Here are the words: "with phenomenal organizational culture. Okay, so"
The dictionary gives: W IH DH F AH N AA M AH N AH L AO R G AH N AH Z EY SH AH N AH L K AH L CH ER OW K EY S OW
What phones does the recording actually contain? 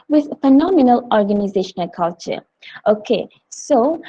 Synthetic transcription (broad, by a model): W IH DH F AH N AA M AH N AH L AO R G AH N AH Z EY SH AH N AH L K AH L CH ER OW K EY S OW